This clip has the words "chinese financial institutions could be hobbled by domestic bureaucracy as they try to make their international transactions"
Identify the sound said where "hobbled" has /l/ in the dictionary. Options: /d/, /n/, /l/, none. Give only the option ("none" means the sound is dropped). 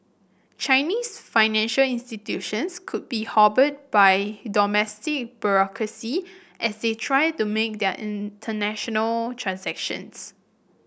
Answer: none